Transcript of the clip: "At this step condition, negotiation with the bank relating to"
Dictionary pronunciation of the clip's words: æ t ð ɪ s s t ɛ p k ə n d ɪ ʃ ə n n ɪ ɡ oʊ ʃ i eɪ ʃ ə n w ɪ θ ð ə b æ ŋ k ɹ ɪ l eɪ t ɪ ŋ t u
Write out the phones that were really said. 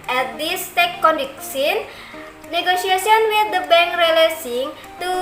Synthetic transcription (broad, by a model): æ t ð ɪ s s t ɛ k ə n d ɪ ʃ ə n n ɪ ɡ oʊ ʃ i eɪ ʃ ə n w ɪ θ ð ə b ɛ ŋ k ɹ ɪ l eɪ s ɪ ŋ t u